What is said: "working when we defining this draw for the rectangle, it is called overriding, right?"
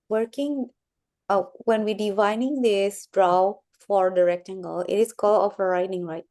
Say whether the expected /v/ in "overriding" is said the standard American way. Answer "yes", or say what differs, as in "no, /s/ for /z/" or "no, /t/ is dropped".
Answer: no, /f/ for /v/